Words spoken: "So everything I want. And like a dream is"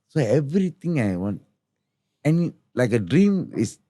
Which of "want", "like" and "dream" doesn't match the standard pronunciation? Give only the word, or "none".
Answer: none